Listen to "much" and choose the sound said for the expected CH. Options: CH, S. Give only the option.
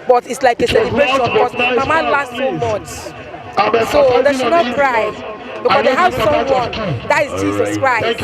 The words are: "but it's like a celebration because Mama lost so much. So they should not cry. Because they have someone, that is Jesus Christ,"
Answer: S